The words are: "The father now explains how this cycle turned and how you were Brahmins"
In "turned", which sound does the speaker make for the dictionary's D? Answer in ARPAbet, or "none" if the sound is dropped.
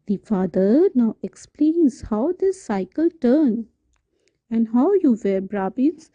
none